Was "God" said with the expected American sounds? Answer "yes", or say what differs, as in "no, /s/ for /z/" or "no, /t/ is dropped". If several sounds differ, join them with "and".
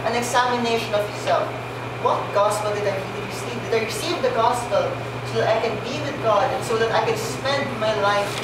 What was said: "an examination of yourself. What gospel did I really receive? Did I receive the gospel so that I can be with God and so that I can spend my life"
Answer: yes